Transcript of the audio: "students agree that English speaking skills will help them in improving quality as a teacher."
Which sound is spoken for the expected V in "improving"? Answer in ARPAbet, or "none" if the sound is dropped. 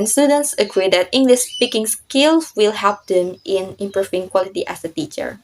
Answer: F